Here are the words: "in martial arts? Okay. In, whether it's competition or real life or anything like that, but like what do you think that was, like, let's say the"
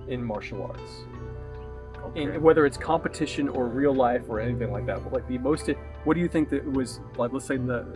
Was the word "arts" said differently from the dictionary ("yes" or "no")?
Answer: no